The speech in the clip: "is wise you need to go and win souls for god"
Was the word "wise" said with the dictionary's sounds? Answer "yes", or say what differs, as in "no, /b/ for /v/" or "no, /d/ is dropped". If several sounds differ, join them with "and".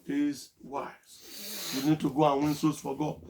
no, /z/ is dropped